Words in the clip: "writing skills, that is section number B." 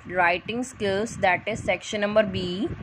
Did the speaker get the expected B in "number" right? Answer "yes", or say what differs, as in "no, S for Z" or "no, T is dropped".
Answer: yes